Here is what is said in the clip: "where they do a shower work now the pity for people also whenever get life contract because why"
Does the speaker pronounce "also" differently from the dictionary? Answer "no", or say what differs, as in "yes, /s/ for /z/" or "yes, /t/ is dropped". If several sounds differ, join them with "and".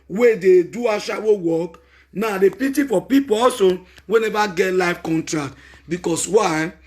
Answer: yes, /l/ is dropped